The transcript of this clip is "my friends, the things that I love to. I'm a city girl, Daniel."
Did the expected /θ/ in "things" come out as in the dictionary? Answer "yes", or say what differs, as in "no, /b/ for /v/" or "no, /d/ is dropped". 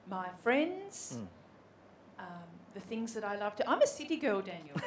yes